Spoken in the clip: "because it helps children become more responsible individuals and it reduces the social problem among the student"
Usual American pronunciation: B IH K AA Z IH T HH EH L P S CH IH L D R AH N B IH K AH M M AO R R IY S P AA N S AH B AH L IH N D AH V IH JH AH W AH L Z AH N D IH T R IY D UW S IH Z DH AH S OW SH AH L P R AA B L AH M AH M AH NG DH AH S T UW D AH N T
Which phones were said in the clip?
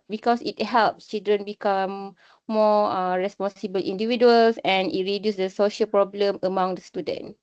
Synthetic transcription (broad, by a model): B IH K AA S IH T HH EH L P S CH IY L D R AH N B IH K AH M M AO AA R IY S P AA N S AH B AH L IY N D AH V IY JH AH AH L S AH N IH T R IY D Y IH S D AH S OW SH AH L P R AA B L AH M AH M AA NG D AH S T UW D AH N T